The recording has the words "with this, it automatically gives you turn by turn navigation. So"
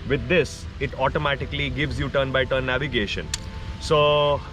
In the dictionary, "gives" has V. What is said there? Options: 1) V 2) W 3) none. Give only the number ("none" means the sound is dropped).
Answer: 1